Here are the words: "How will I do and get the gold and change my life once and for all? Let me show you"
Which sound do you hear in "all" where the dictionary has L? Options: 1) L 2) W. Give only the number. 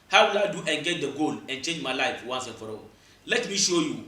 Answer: 2